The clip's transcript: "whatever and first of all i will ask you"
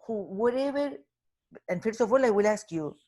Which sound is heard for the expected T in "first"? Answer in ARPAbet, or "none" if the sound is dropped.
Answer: none